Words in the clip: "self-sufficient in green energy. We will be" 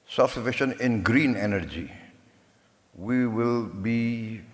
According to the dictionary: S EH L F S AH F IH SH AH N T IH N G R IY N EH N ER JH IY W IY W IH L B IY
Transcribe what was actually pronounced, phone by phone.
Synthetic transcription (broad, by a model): S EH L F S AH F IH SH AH N IH N G R IY N EH N ER JH IY W IY W IH L B IY